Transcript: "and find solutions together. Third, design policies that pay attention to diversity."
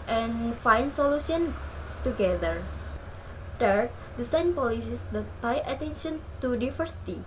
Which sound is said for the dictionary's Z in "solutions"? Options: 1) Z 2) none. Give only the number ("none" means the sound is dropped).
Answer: 2